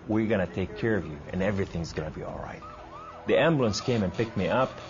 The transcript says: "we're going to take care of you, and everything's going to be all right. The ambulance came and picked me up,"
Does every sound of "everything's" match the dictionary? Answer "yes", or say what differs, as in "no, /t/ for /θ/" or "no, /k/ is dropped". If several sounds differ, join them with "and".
yes